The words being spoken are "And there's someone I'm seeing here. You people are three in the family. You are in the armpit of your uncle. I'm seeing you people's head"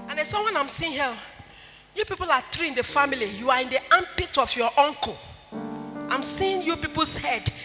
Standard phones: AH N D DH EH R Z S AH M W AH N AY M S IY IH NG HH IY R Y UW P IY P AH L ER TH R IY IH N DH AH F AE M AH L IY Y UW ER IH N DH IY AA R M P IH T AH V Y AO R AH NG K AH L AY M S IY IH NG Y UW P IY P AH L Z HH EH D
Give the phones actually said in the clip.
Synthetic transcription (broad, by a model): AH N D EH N S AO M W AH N AY M S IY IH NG HH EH L Y UW P IY P AH L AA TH R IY IH N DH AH F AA M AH L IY Y UW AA IH N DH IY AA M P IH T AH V Y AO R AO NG K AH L AY M S IY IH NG Y UW P IY P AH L S HH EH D